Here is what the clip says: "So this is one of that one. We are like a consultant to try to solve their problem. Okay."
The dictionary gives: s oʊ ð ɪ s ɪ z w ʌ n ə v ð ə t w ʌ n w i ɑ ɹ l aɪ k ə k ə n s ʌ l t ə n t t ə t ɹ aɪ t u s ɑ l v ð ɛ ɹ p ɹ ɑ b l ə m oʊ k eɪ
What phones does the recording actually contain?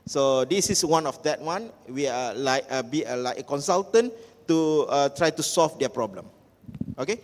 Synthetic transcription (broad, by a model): s oʊ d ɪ s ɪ s w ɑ n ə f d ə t w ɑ n w i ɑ l l aɪ k ə k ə n s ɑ l t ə n t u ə t ɹ aɪ t u s ɑ l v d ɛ p ɹ ɑ b l ə m oʊ k eɪ